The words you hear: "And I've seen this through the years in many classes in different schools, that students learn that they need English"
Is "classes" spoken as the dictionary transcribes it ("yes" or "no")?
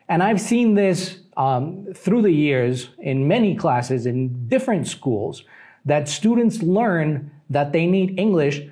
yes